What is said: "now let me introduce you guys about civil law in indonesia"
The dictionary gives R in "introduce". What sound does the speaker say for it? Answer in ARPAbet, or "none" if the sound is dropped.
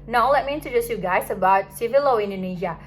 none